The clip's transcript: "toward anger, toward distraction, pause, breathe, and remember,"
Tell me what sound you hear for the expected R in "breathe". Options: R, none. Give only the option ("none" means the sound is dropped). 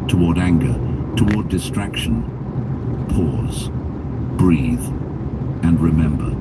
R